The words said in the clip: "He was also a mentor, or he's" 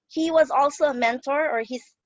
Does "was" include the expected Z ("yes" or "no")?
yes